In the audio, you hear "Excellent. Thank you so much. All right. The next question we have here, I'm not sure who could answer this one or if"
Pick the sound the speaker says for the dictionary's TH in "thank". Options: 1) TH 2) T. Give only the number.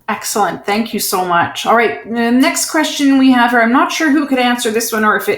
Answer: 1